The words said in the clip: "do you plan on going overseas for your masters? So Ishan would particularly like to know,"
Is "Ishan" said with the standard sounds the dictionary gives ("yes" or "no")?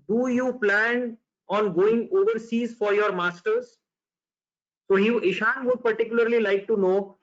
yes